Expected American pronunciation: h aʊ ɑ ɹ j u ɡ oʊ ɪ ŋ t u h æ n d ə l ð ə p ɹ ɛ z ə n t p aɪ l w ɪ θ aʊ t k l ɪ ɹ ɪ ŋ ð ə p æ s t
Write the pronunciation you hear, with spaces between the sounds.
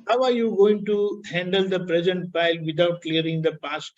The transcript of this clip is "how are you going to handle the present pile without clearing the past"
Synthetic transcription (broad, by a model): h aʊ ɑ ɹ j u ɡ oʊ ɪ ŋ t u h æ n d ə l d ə p ɹ ɛ z ə n t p aɪ l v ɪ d aʊ t k l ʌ ɹ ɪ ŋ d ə p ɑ s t